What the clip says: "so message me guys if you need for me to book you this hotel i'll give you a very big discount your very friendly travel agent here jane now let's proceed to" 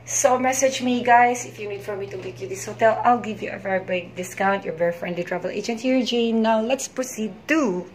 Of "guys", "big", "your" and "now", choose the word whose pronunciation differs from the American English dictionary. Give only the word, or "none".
guys